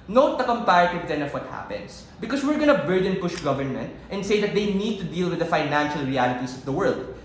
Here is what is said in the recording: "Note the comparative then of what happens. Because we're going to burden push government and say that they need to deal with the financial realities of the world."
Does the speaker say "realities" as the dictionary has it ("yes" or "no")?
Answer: no